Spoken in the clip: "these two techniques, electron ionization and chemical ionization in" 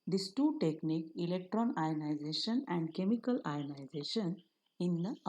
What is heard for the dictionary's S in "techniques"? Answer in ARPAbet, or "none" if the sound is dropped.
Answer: none